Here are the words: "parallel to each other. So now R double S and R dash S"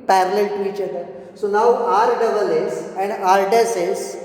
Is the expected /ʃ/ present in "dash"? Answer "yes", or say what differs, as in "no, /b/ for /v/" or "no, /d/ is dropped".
no, /s/ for /ʃ/